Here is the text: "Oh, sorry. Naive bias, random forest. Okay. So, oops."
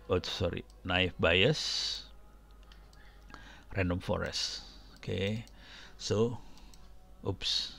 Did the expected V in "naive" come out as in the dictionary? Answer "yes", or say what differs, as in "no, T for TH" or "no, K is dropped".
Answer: no, F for V